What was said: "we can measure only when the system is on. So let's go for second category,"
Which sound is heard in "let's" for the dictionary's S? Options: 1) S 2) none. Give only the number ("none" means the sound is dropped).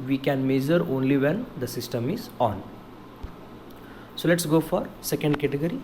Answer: 1